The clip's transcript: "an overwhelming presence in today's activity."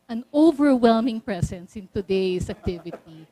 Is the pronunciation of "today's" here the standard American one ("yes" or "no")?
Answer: no